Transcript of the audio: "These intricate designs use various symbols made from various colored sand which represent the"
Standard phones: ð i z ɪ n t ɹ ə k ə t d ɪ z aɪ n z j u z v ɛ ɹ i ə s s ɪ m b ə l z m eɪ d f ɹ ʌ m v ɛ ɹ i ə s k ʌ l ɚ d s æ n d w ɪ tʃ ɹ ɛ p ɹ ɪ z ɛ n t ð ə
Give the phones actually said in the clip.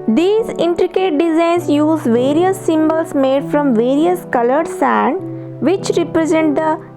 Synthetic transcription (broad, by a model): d i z ɪ n t ɹ ə k ə t d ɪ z aɪ n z j u z v ɛ ɹ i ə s s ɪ m b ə l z m eɪ d f ɹ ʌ m v ɛ ɹ i ə s k ʌ l ɚ d s æ n d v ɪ tʃ ɹ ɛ p ɹ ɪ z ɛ n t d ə